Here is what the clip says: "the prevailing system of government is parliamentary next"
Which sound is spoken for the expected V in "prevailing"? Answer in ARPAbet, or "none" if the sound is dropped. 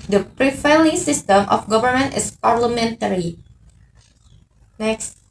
F